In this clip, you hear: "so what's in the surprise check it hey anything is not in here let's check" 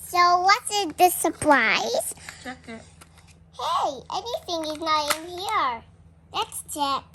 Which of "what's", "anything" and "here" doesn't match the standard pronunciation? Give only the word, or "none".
none